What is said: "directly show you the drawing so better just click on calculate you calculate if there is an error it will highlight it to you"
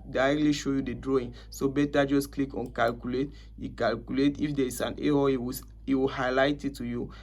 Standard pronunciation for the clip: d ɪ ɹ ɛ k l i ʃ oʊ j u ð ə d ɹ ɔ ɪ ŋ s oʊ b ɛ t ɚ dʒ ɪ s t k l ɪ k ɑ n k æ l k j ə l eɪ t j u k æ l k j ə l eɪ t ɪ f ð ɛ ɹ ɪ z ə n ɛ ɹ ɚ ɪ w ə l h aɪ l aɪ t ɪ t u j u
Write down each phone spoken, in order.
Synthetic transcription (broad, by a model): d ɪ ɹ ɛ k l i ʃ oʊ j u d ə d ɹ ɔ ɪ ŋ s oʊ b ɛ t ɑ dʒ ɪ s k l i k ɑ n k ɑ l k j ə l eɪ t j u k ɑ l k j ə l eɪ t ɪ f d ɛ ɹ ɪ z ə n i w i ɪ w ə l h aɪ l aɪ t ɪ t u j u